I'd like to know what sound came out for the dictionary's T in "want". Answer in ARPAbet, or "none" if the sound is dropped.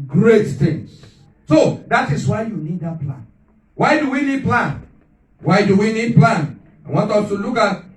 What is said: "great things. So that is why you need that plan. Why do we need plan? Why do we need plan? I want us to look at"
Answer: T